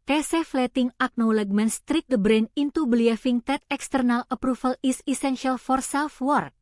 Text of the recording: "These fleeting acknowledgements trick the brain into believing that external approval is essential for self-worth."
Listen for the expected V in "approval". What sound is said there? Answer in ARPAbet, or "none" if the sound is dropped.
F